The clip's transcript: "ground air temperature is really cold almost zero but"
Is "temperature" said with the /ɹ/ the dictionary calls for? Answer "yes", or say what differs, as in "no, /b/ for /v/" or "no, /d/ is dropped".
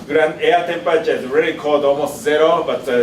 no, /ɹ/ is dropped